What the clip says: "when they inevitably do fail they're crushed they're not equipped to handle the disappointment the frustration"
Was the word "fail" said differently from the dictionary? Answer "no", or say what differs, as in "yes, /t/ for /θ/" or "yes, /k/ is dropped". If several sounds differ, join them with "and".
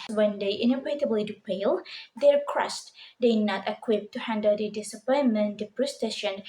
yes, /p/ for /f/